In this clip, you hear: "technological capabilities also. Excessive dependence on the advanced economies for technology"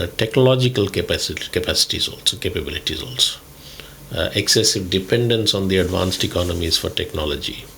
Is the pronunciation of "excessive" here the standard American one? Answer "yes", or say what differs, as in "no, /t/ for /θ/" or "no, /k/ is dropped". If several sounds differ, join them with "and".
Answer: yes